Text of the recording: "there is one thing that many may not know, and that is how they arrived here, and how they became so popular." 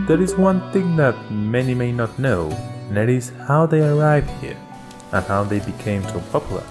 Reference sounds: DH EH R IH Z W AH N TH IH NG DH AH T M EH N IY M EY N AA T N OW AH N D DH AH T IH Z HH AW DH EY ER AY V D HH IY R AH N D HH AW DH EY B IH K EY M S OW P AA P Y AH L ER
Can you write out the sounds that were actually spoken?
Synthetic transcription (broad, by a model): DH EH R IH Z W AH N TH IH NG DH AH T M EH N IY M EY N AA T N OW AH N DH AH T IH Z HH AW DH EY ER AY V D HH IY R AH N HH AW DH EY B IH K EY M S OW P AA P Y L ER